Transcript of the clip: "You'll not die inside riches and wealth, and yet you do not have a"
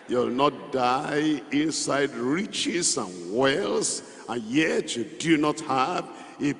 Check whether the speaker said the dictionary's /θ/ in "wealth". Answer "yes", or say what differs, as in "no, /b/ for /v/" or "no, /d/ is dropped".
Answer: no, /s/ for /θ/